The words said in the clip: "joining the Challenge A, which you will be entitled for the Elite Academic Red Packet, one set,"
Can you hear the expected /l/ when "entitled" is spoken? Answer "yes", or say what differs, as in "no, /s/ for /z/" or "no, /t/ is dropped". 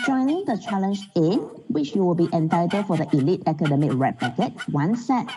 no, /l/ is dropped